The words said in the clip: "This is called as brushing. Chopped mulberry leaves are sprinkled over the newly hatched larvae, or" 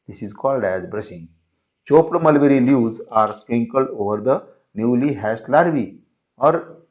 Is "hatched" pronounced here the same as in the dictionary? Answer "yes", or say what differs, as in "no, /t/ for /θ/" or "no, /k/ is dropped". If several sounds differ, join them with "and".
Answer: no, /s/ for /tʃ/